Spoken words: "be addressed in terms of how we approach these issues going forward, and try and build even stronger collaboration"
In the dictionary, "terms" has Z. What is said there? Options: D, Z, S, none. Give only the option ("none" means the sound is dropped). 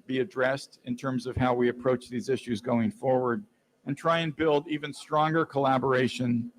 Z